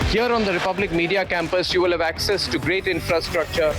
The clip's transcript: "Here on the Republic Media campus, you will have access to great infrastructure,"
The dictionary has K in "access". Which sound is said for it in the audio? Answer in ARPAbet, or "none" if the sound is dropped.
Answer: K